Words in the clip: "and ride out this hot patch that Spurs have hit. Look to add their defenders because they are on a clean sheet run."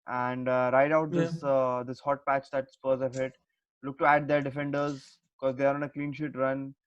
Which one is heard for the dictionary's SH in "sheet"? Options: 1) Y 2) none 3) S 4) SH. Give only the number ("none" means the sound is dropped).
4